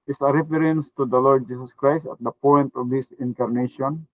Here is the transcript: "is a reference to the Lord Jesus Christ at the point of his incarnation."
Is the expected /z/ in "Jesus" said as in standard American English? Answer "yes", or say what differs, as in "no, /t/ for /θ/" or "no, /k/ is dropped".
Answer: no, /s/ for /z/